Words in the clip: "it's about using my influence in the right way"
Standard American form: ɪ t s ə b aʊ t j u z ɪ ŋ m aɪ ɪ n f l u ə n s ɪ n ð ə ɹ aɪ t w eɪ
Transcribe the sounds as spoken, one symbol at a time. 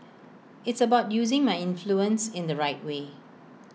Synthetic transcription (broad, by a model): ɪ t s ə b aʊ t j u z ɪ ŋ m aɪ ɪ n f l u ə n s ɪ n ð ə ɹ aɪ t w eɪ